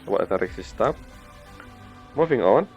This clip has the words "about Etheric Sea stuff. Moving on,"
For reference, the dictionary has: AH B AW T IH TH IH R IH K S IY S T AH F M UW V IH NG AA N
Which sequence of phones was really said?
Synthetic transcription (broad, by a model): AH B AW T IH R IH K S IY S T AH P M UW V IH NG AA N